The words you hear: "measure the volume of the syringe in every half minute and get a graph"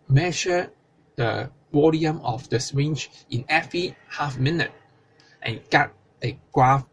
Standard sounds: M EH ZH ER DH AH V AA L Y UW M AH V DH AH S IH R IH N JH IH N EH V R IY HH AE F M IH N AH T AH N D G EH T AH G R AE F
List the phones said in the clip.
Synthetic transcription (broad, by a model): M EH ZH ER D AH W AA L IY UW M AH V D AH S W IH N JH IH N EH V R IY HH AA F M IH N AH T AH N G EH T AH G R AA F